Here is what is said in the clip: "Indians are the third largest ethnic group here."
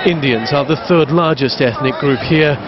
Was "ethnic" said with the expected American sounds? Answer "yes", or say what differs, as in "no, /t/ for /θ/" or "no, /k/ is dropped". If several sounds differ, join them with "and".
yes